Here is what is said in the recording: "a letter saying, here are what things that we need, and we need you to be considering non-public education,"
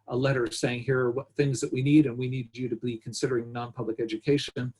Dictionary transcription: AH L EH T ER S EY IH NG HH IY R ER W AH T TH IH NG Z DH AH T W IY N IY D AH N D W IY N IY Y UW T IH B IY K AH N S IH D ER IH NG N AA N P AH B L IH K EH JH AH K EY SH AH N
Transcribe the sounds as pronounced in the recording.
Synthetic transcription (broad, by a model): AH L EH T ER S EY IH NG HH IY R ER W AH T TH IH NG Z DH AH T W IY N IY D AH N W IY N IY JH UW T IH B IY K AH N S IH D ER IH NG N AA N P AH B L IH K EH JH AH K EY SH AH N